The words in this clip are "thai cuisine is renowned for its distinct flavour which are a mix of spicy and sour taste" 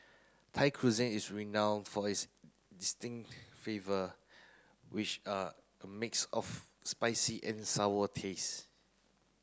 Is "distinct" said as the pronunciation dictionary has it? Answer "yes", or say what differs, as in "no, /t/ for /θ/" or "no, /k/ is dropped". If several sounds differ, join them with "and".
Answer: yes